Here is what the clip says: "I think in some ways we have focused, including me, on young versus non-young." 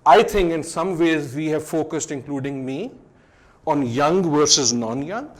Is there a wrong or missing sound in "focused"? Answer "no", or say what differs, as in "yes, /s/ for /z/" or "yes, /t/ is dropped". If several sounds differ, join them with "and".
no